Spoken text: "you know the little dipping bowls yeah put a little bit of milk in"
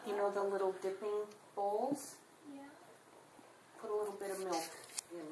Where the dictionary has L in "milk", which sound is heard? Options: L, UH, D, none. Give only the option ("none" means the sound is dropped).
L